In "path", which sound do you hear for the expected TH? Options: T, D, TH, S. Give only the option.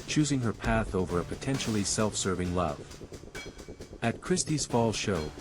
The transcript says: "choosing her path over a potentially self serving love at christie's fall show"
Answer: TH